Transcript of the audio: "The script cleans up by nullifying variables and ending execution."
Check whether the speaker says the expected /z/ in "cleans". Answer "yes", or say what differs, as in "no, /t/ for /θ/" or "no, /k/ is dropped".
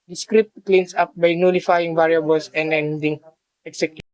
no, /s/ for /z/